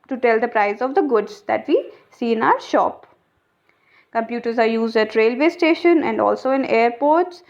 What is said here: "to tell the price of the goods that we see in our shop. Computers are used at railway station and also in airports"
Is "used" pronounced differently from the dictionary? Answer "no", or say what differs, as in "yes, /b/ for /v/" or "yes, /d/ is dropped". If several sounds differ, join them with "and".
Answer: no